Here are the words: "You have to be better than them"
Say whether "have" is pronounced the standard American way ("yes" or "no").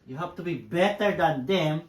no